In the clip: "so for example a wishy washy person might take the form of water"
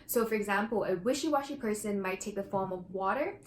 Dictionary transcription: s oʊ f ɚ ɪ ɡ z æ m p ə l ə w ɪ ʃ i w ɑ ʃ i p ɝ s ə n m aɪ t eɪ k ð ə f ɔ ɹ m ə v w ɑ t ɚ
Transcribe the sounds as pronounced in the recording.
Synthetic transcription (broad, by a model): s oʊ f ɚ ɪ ɡ z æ m p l ə w ɪ ʃ i w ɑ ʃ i p ɝ s ə n m aɪ t eɪ k ð ə f ɔ ɹ m ə v w ɑ t ɚ